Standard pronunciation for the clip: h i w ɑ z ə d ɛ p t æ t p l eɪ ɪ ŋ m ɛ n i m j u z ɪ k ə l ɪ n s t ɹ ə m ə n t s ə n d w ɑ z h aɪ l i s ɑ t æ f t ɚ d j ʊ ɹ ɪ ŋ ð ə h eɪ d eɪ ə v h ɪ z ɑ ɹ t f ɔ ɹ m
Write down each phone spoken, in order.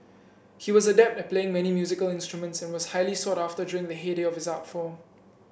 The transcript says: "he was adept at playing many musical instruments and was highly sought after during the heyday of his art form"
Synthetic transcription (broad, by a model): h i w ɑ z ə d ɛ p t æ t p l eɪ ɪ ŋ m ɛ n i m j u z ɪ k ə l ɪ n s t ɹ ə m ə n t s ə n w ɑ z h aɪ l i s ɑ t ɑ f t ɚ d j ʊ ɹ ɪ ŋ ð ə h eɪ d eɪ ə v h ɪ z ɑ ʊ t f ɔ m